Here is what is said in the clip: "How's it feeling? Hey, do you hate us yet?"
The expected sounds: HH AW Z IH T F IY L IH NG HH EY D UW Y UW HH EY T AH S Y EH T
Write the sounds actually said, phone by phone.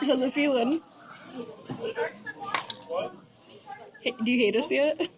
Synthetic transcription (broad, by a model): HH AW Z IH T F IY L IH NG HH EY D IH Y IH HH EY T AH S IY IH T